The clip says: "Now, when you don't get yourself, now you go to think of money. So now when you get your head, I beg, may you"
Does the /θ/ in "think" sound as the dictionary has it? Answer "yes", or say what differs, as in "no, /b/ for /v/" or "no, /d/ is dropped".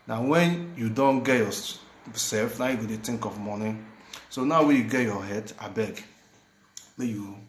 no, /t/ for /θ/